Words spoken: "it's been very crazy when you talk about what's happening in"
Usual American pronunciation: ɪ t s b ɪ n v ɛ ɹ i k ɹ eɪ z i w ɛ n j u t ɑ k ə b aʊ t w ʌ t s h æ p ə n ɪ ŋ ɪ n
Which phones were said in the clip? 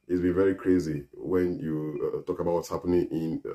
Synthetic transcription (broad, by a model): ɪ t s b ɪ n v ɛ ɹ i k ɹ eɪ z i w ɛ n j u t ɑ k ə b aʊ t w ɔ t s h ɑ p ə n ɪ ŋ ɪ n